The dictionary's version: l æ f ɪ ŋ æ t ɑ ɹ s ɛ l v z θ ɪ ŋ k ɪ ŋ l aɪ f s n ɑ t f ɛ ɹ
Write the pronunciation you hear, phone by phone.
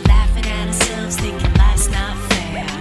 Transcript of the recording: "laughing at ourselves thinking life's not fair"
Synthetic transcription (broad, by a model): l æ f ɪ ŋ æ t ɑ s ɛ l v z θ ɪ k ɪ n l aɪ s n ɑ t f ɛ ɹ